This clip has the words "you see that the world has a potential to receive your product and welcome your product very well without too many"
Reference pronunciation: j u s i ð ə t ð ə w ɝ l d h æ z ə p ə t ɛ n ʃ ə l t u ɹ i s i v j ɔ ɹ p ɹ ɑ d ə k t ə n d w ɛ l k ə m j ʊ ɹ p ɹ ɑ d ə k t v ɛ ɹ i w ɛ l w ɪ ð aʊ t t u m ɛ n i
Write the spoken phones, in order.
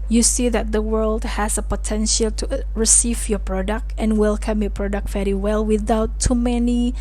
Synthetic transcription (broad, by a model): j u s i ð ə t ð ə w ɝ l d h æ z ə p ə t ɛ n ʃ ə l t u ɹ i s i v j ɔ p ɹ ɑ d ə k t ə n w ɛ l k ə m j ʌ p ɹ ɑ d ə k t v ɛ ɹ i w ɛ l w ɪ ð aʊ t t u m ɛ n i